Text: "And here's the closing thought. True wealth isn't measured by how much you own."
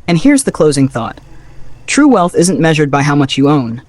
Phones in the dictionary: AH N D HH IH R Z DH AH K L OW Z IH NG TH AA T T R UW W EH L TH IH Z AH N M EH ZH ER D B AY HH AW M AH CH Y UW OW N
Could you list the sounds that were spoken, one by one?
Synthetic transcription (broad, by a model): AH N HH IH R Z DH AH K L OW Z IH NG TH AA T T R UW W EH L TH IH Z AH N M EH ZH ER D B AY HH AW M AH CH Y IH OW N